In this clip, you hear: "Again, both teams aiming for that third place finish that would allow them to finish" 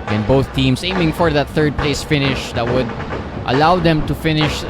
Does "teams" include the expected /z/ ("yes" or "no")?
no